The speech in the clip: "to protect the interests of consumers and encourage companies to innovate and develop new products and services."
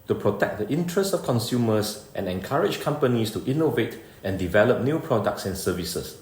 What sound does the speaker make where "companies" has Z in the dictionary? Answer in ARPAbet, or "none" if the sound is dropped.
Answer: S